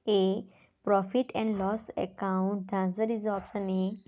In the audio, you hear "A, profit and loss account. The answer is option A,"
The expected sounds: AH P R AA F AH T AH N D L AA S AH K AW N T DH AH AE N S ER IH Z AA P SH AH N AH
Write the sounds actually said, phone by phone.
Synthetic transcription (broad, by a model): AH P R AA F AH T AH N D L AA S AH K AW N T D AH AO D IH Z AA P S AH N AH